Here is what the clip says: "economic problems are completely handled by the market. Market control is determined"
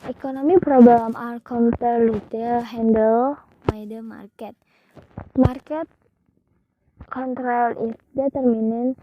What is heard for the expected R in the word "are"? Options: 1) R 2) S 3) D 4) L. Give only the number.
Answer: 4